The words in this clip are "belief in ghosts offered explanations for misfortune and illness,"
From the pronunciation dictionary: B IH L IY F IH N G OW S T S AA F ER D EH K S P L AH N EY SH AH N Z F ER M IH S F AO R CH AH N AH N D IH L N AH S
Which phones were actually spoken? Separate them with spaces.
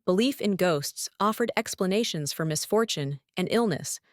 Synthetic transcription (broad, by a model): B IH L IY F IH N G OW S T S AA F ER D EH K S P L AH N EY SH AH N Z F ER M IH S F AO R CH AH N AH N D IH L N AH S